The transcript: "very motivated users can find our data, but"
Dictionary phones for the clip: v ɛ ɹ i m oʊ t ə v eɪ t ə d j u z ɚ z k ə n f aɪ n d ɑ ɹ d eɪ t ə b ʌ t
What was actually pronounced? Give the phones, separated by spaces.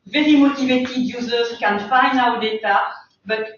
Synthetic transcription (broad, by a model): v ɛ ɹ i m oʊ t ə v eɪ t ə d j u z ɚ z k ə n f aɪ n ɑ w d eɪ t ə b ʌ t